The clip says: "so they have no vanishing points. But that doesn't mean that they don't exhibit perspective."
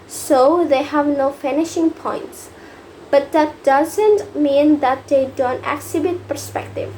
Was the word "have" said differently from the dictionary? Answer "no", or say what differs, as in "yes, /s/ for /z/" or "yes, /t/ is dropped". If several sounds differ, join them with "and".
no